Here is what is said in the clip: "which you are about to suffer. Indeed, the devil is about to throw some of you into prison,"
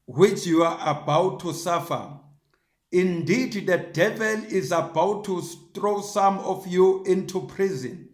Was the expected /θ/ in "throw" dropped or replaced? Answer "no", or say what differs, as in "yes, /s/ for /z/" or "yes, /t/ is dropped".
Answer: yes, /t/ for /θ/